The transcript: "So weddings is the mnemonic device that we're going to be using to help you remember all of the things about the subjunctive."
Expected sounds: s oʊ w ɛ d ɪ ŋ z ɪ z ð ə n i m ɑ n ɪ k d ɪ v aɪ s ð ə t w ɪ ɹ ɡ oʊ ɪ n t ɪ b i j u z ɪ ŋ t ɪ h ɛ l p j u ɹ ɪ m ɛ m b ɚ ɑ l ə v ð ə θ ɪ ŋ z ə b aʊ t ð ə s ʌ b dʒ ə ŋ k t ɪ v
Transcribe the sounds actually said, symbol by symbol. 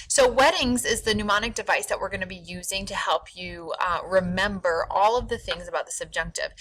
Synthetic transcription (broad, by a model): s oʊ w ɛ d ɪ ŋ z ɪ z ð ə n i m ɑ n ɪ k d ɪ v aɪ s ð ə t w ɪ ɹ ɡ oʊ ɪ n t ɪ b i j u z ɪ ŋ t ɪ h ɛ l p j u ɹ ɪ m ɛ m b ɚ ɑ l ə v ð ə θ ɪ ŋ z ə b aʊ t ð ə s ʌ b dʒ ə ŋ k t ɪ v